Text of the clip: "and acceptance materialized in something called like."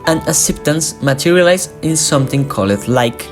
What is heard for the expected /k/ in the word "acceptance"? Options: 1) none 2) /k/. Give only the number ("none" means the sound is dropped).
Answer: 1